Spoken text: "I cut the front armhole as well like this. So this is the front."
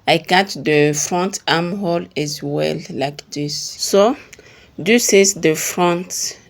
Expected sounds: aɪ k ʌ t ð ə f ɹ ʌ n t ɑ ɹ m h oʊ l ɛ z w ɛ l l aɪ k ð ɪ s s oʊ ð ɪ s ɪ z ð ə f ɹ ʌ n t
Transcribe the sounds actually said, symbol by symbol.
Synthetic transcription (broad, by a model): aɪ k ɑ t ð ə f ɹ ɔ n t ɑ m h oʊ l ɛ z w ɛ l l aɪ k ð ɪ s s oʊ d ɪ s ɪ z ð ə f ɹ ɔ n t